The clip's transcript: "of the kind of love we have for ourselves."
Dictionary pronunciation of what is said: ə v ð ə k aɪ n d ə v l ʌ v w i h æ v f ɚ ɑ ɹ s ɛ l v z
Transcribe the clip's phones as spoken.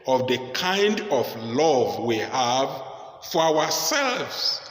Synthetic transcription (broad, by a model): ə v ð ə k aɪ n d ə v l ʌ v w i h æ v f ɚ ɑ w s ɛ l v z